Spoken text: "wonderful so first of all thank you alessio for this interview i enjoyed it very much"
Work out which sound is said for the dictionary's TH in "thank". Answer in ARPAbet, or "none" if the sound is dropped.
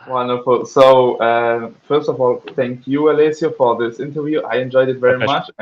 TH